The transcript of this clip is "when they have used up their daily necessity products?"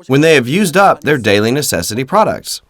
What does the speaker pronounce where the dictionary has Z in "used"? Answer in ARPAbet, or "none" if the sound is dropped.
Z